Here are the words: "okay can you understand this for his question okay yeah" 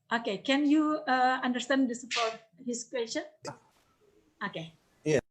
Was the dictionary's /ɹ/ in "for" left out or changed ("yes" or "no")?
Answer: yes